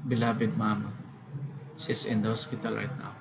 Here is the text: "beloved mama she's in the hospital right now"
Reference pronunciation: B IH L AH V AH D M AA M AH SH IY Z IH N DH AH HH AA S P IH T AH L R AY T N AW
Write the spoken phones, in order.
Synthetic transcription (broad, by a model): B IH L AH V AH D M AA M AH S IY S IH N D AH HH AA S P IH T AH L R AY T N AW